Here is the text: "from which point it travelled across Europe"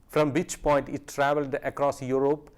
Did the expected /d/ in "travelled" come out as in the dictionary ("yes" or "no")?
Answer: yes